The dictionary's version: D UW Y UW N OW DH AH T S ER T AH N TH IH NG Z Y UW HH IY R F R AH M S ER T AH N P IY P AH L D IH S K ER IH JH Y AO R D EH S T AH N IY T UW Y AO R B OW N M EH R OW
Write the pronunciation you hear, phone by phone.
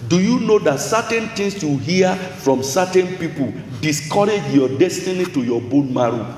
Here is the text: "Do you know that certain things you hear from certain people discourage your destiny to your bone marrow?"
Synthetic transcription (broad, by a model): D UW Y UW N OW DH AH T S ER T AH N T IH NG S Y UW HH IY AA F R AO M S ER T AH N P IY P AH L D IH S K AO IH JH Y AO D EH S T AH N IY T UW Y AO B OW N M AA R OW